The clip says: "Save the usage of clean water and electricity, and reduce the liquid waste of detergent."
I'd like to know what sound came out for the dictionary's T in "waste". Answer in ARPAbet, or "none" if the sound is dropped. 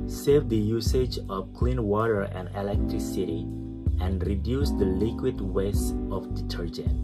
none